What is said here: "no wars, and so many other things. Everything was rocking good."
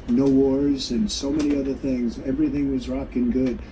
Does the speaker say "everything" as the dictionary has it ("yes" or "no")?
yes